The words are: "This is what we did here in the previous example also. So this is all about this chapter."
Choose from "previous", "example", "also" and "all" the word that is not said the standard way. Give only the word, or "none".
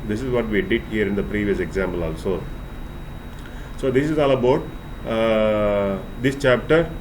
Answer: none